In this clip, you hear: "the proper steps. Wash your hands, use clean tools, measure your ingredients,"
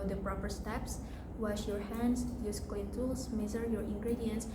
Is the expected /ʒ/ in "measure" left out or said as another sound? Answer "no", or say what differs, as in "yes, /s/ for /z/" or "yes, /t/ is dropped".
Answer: yes, /z/ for /ʒ/